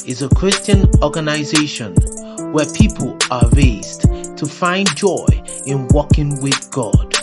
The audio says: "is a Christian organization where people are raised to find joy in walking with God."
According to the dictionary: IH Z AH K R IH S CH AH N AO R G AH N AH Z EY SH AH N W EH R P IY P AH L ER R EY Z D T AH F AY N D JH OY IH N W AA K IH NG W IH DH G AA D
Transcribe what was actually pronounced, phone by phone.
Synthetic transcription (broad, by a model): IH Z AH K R IH S CH AH N AO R G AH N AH Z EY SH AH N W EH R P IY P AH L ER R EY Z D T AH F AY N JH OY IH N W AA K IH NG W IH DH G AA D